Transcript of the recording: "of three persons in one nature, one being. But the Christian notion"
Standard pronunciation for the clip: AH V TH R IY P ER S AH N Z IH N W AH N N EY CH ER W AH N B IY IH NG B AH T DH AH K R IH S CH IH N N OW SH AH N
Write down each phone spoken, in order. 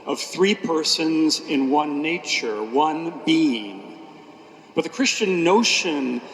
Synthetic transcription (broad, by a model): AH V TH R IY P ER S AH N Z IH N W AH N N EY CH ER W AH N B IY IH NG B AH T DH AH K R IH S CH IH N N OW SH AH N